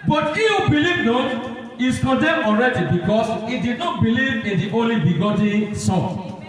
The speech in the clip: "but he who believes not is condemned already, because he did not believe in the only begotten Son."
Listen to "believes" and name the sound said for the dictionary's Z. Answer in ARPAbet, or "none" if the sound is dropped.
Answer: none